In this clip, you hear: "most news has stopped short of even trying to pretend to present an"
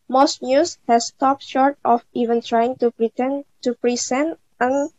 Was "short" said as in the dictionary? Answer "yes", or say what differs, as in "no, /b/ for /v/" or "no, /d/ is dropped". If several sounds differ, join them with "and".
yes